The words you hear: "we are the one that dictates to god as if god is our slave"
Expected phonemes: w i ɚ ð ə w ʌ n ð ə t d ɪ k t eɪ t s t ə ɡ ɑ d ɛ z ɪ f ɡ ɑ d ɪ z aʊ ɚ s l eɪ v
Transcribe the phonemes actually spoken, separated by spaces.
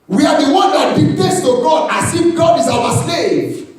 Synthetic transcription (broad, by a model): w i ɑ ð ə w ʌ n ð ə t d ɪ t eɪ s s t ə ɡ ɑ d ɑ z ɪ f ɡ ɑ d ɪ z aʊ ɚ s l eɪ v